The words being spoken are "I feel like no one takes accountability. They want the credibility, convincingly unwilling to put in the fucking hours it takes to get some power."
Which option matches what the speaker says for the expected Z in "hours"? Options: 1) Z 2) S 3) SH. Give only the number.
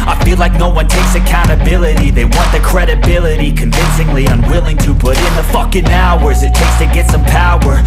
1